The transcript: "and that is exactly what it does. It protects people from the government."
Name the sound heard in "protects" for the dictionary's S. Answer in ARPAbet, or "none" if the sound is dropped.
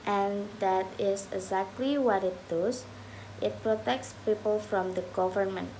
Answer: S